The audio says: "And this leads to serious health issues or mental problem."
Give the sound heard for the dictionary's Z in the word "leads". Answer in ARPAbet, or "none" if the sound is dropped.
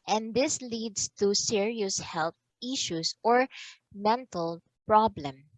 S